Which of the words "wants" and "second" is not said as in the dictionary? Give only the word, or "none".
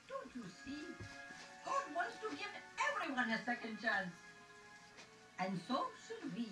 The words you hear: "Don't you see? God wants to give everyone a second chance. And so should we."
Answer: none